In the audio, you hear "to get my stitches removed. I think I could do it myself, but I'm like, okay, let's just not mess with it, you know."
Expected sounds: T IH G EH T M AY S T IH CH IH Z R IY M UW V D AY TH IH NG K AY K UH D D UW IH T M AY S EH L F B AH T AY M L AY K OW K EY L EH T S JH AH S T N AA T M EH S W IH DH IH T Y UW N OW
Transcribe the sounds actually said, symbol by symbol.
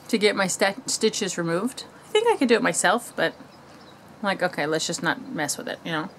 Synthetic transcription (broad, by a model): T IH G EH T M AY S T IH CH IH Z R IY M UW V D AY TH IH NG K AY K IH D D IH IH T M AY S EH L F B AH T AY M L AY K OW K EY L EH T S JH AH S N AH T M EH S W IH DH IH T Y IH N OW